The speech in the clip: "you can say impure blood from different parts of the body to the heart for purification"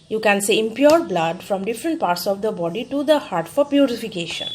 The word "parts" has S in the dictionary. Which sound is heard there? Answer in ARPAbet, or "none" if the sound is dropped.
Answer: S